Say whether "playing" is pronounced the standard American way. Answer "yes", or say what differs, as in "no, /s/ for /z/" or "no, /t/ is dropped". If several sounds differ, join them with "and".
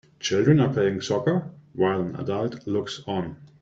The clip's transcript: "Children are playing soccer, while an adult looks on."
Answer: no, /l/ is dropped